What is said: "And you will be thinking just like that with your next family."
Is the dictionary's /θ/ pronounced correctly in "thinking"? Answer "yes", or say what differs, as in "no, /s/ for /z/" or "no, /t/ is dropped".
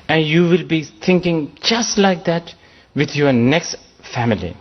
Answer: no, /t/ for /θ/